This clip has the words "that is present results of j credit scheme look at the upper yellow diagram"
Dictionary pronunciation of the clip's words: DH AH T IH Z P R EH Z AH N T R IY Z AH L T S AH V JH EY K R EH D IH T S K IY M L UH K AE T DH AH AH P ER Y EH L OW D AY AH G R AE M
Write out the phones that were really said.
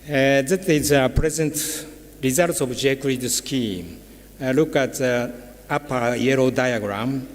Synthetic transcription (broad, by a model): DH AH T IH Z P R EH Z AH N T R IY Z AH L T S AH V JH EY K UW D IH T S K IY M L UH K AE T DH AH P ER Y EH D OW D AY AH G R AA M